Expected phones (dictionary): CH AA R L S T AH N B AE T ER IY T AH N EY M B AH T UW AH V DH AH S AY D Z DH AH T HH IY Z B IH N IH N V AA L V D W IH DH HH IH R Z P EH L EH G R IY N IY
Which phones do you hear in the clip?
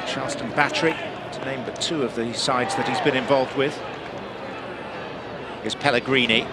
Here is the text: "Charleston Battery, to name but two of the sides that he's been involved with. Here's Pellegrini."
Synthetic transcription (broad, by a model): CH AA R L S T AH N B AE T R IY T AH N EY M B AH T UW AH V DH AH S AY D Z DH AH T HH IY Z B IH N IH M V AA L V D W IH DH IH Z P EH L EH G R IY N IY